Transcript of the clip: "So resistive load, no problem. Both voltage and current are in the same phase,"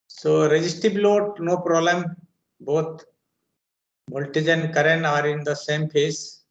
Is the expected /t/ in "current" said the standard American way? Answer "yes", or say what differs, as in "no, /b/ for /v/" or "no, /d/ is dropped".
no, /t/ is dropped